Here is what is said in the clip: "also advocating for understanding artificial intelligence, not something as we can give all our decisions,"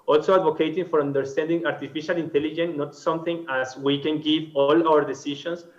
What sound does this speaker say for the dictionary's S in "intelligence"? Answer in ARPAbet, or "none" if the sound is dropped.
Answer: none